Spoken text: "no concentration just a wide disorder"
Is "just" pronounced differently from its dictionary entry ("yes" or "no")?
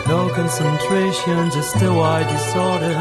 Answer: yes